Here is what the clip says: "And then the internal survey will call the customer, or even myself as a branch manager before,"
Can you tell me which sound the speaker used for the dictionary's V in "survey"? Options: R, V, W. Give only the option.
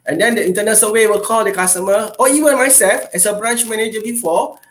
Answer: W